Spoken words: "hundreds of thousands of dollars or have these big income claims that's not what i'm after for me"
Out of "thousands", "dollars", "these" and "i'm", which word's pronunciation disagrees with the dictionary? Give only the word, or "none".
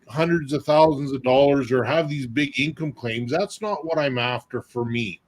none